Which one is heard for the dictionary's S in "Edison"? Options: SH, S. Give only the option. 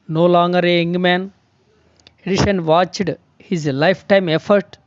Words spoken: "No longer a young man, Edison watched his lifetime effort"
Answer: SH